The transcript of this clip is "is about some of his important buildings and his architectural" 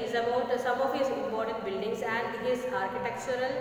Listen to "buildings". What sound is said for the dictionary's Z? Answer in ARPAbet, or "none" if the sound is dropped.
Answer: S